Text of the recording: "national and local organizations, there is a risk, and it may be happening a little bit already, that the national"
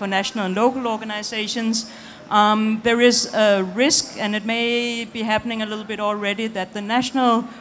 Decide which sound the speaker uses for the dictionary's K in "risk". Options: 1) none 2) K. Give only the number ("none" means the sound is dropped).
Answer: 2